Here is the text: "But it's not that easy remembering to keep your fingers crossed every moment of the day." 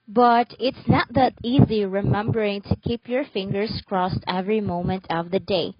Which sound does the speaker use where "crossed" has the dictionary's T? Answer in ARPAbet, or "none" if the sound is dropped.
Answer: T